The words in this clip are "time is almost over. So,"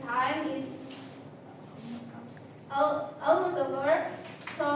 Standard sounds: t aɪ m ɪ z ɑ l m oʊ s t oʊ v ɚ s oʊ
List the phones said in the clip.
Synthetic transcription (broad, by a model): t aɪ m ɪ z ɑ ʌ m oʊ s oʊ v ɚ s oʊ